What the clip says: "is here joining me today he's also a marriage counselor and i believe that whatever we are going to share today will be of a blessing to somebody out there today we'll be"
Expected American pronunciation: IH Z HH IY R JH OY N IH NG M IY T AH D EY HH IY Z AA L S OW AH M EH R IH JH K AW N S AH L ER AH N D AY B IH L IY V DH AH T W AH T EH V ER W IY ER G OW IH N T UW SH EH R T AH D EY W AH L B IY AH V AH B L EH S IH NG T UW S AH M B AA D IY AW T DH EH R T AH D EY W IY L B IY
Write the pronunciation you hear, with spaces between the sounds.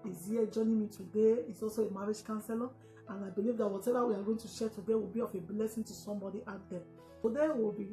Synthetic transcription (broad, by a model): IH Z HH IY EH JH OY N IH M IY T AH D EY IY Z AA L S OW AH M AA R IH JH K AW N S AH L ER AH N AY B IH L IY V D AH T W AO T EH V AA W IY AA G OW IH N T UW SH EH T AH D EY W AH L B IY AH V AH B L EH S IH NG T UW S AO M B AA D IY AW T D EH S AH D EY W IY L B IY